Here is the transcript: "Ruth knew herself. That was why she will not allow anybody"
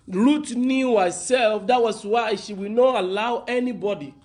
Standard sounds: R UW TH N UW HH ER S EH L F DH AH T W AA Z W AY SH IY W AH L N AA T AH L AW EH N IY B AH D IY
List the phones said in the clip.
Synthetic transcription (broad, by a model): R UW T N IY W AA S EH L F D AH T W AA S W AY SH IY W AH N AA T AH L AW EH N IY B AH D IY